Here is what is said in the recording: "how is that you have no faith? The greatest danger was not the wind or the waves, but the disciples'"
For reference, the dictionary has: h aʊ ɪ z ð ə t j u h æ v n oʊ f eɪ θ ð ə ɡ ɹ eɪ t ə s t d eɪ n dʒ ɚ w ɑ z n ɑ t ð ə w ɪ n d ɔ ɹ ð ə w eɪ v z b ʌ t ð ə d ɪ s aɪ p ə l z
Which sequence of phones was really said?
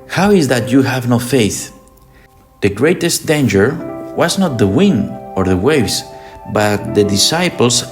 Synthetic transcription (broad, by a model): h aʊ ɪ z ð ə t j u h æ v n oʊ f eɪ θ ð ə ɡ ɹ eɪ t ə s t d eɪ n dʒ ɚ w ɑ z n ɑ t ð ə w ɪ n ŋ ɔ ɹ ð ə w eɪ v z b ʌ t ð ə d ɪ s aɪ p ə l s